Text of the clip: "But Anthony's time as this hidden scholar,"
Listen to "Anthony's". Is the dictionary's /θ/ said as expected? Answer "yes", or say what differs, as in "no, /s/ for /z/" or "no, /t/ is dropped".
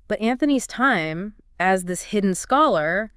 yes